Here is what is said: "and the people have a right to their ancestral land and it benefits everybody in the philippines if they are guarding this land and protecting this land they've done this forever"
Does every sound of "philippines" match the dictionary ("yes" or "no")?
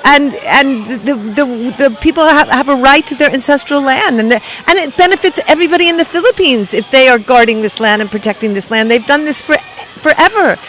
yes